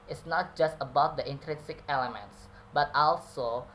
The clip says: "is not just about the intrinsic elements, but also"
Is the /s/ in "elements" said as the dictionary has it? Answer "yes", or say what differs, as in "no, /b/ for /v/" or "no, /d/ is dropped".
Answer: yes